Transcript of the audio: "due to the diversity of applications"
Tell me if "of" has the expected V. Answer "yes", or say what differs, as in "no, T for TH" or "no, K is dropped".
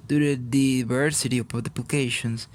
no, P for V